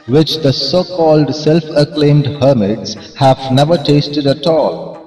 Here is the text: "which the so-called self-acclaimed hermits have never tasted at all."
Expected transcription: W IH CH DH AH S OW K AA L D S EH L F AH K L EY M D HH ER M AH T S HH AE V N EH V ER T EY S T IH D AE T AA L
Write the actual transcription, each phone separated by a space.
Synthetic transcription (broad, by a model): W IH CH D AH S OW K AA L D S EH L F AH K L EY M D HH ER M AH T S HH AE V N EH V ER T EY S T IH D AE T AA L